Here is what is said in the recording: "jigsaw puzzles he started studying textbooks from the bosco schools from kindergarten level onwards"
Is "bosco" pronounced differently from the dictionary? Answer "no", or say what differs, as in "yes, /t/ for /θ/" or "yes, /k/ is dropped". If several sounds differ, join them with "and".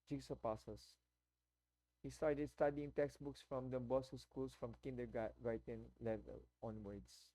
yes, /k/ is dropped